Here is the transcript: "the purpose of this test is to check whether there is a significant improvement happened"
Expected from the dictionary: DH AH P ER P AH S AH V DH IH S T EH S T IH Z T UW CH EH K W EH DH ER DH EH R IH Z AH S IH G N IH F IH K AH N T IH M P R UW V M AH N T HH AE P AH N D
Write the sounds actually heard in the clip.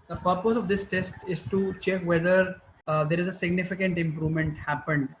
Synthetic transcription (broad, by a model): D AH P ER P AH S AH V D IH S T EH S T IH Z T UW CH EH K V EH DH ER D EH R IH Z AH S IH G N IH F IH K AH N T IH M P R UW V M AH N T HH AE P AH N D